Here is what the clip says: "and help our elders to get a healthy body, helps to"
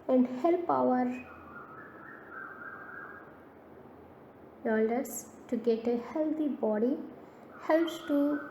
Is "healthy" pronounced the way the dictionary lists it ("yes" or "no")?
no